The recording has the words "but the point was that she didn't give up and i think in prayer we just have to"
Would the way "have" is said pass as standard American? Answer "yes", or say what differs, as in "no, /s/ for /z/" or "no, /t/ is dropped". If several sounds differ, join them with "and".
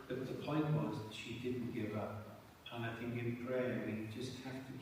no, /f/ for /v/